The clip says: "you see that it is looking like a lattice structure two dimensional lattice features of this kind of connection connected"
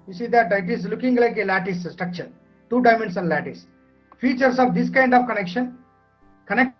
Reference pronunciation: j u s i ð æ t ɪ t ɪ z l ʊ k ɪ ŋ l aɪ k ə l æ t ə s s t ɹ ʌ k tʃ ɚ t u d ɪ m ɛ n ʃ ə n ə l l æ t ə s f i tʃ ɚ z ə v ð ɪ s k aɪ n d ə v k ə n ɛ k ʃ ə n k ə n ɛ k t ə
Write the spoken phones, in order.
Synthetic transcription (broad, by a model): j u s i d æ t ɪ t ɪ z l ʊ k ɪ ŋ l aɪ k ə l æ t ə s s t ɹ ʌ k tʃ ɚ t u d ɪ m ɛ n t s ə n l æ t ə s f i tʃ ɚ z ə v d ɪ s k aɪ n d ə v k ə n ɛ k ʃ ə n k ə n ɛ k